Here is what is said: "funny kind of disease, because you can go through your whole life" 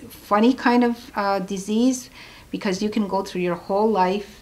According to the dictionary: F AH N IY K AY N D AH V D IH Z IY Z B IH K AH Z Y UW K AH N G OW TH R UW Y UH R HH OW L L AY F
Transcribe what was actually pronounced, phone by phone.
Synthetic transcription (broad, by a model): F AH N IY K AY N D AH V D IH Z IY Z B IH K AH Z Y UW K AH N G OW TH R UW Y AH R HH OW L L AY F